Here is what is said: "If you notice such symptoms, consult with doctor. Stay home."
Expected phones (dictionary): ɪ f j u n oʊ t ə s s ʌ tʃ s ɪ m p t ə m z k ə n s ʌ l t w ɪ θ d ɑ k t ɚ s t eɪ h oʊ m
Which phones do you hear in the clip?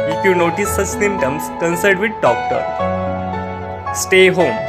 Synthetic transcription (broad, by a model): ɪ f j u n oʊ t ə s s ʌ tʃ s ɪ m t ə m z k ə n s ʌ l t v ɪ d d ɑ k t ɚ s t eɪ h oʊ m